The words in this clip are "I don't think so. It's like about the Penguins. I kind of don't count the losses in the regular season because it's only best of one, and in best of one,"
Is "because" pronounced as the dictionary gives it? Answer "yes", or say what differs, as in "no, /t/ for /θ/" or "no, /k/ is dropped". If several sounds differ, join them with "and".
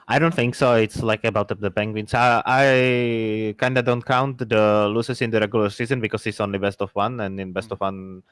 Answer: no, /s/ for /z/